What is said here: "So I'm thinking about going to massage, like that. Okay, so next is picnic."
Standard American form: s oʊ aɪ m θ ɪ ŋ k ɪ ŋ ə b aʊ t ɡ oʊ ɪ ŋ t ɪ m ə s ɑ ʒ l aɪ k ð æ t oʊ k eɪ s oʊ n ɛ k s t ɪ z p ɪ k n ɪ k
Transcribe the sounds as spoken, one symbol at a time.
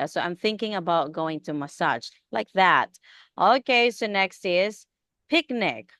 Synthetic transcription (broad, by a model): s oʊ aɪ m θ ɪ ŋ k ɪ ŋ ə b aʊ t ɡ oʊ ɪ ŋ t ɪ m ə s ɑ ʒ l aɪ k ð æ t oʊ k eɪ s oʊ n ɛ k s t ɪ z p ɪ k n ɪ k